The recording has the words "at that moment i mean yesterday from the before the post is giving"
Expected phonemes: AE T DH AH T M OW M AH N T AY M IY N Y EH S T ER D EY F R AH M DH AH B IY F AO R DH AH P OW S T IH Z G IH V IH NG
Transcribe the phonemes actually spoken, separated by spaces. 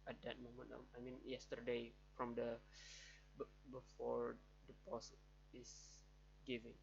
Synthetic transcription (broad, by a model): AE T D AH T M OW M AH N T AY M IY N Y EH S T ER D EY F R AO M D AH B IY F AO R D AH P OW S IH S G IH V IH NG